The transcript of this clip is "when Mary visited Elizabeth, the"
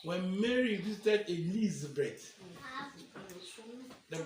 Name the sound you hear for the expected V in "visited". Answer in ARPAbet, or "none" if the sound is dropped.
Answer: B